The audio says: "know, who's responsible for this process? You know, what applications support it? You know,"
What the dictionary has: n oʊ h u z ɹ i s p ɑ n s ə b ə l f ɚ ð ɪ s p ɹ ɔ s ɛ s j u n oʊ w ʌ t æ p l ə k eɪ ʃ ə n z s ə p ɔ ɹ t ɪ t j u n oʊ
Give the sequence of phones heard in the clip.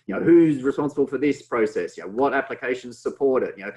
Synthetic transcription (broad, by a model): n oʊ h u z ɹ i s p ɑ n s ə b ə l f ɚ ð ɪ s p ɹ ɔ s ɛ s j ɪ n oʊ w ʌ t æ p l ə k eɪ ʃ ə n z s ə p ɔ ɹ t ɪ t j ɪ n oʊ